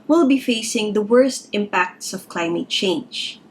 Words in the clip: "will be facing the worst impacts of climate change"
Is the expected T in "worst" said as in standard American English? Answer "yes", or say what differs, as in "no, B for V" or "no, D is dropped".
yes